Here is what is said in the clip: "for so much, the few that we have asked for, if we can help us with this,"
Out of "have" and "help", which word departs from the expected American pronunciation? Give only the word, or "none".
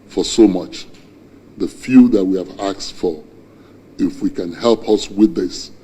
none